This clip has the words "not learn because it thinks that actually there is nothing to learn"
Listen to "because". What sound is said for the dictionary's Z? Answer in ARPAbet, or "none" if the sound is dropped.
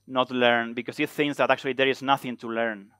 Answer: S